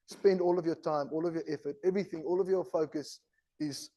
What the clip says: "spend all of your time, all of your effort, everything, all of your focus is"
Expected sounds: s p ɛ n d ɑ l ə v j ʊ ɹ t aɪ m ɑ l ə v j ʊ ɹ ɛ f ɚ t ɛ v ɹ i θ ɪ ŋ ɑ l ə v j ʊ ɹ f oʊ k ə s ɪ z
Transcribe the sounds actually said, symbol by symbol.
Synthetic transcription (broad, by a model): s p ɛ n d ɑ l ə v j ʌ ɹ t aɪ m ɑ l ə v j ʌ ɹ ɛ f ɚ t ɛ v ɹ i θ ɪ ŋ ɑ l ə v j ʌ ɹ f oʊ k ə s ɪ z